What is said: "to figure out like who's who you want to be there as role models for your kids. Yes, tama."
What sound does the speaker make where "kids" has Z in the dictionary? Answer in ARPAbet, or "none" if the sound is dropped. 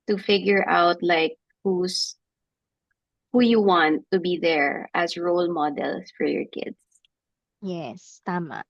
S